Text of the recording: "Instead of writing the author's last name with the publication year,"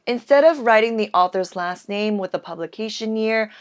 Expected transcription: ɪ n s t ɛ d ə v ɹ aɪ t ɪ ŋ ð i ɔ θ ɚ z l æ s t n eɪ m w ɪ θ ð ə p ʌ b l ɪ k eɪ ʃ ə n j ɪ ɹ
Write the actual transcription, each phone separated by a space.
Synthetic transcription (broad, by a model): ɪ n s t ɛ d ə v ɹ aɪ t ɪ ŋ ð i ɔ θ ɚ z l æ s t n eɪ m w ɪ ð ə p ʌ b l ɪ k eɪ ʃ ə n j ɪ ɹ